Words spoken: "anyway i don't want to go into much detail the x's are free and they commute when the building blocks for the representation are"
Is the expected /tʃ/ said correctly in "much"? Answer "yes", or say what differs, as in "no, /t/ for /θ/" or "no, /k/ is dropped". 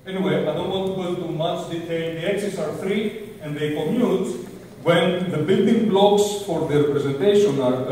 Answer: no, /s/ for /tʃ/